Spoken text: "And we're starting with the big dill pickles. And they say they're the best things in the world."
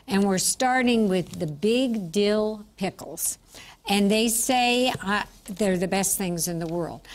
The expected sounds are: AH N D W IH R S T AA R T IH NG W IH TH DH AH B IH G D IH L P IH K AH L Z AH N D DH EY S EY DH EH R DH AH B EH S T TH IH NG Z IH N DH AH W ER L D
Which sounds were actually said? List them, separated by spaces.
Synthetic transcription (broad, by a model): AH N W IH R S T AA R T IH NG W IH DH AH B IH G D IH L P IH K L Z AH N DH EY S EY DH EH R DH AH B EH S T TH IH NG Z IH N DH AH W ER L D